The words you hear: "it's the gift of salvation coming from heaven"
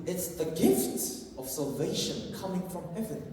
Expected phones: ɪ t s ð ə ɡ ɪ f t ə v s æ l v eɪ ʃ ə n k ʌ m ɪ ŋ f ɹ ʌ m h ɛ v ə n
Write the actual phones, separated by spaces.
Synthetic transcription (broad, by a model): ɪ t s ð ə ɡ ɪ f t ə v s æ l v eɪ ʃ ə n k ʌ m ɪ ŋ f ɹ ʌ m h ɛ v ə n